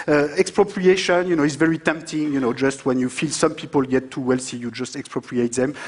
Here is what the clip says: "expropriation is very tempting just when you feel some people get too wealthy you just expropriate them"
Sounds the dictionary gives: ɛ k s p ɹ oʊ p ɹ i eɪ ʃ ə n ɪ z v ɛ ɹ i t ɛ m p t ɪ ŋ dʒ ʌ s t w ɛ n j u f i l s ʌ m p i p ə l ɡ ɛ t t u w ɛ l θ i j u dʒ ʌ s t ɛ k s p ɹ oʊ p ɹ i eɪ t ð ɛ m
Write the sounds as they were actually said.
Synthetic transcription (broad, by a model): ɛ k s p ɹ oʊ p ɹ i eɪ ʃ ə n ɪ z v ɛ ɹ i t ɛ m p t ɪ ŋ dʒ ʌ s t w ɛ n j u f i l s ʌ m p i p ə l ɡ ɛ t t u w ɛ l s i j u dʒ ʌ s t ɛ k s p ɹ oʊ p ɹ i eɪ t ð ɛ m